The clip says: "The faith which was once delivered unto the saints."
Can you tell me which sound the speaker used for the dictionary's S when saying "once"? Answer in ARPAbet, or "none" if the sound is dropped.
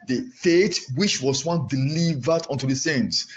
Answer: none